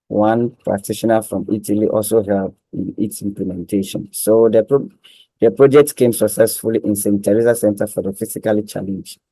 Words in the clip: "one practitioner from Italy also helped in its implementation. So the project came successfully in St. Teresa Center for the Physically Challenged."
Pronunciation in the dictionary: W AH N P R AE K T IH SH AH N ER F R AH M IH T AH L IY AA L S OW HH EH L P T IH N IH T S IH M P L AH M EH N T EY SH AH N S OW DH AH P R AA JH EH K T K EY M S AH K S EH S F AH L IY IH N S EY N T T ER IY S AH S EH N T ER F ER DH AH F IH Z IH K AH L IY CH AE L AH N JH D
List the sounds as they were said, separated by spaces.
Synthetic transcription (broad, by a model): W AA N P R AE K T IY SH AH N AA F R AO M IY T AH L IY AA L S OW HH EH L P IH N IH T S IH M P L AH M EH N T EY SH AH N S OW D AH P R AA JH EH K T K EY M S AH K S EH S F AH L IY IH N S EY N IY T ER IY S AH S EH N T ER F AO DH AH F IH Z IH K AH L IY CH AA L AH N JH